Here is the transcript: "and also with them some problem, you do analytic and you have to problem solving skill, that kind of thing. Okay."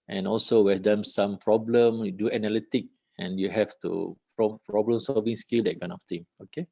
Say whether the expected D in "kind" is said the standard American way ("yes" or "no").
no